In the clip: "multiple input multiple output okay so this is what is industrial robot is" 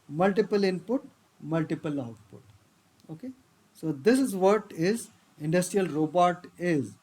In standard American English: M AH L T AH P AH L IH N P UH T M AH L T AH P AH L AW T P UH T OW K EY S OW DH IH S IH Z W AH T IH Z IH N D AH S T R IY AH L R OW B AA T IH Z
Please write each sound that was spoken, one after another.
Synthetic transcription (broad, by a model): M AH L T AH P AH L IH N P UH T M AH L T AH P AH L AW T P UH T OW K EY S OW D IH S IH Z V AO T IH Z IH N D AH S T R IY AH L R OW B AA T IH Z